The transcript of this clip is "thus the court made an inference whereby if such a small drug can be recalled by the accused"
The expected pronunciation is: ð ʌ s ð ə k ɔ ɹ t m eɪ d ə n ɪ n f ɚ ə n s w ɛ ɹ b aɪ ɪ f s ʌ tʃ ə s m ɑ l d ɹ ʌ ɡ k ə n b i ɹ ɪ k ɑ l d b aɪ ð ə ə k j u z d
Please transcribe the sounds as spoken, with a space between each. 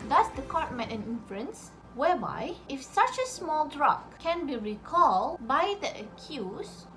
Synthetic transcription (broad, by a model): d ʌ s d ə k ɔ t m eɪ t ə n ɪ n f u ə n s w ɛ b aɪ ɪ f s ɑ tʃ ə s m ɑ l d ɹ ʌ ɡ k ə n b i ɹ ɪ k ɑ l d b aɪ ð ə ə k j u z